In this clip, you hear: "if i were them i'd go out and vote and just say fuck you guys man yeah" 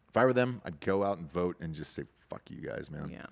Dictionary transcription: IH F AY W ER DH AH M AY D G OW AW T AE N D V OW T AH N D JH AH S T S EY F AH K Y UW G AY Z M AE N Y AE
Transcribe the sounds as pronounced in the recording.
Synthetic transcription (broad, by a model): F AY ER DH AH M AY D G OW AW T N V OW T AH N JH AH S T S EY F AH K Y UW G AY Z M AE N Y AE